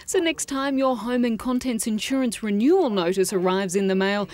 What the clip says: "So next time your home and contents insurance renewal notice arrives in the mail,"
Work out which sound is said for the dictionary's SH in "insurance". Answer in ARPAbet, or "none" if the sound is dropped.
SH